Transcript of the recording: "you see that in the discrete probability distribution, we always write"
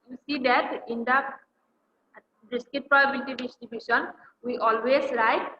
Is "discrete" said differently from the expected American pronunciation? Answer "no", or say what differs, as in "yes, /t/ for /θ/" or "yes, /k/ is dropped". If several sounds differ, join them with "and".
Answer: yes, /ɹ/ is dropped